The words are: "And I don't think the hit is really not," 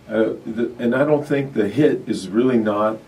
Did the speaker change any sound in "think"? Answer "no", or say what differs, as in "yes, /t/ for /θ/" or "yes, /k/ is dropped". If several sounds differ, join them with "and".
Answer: no